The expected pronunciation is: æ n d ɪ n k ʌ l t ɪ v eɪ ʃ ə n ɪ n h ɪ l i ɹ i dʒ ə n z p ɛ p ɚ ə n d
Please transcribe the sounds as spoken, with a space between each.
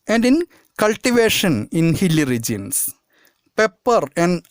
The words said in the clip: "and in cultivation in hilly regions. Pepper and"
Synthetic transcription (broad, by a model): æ n d ɪ n k ʌ l t ɪ v eɪ ʃ ə n ɪ n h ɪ l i ɹ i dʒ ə n s p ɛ p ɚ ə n d